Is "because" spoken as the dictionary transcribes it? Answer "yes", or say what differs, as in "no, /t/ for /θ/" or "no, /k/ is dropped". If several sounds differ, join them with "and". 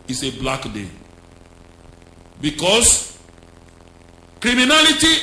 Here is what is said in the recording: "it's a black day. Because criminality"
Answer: no, /s/ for /z/